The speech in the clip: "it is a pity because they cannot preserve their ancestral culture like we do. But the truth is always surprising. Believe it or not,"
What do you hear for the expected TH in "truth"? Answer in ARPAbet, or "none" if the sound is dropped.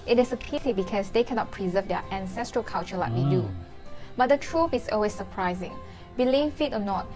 F